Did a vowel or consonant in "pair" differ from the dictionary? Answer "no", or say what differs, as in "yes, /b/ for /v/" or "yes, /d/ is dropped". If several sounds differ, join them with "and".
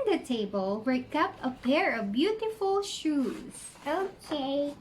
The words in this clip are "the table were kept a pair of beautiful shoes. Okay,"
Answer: no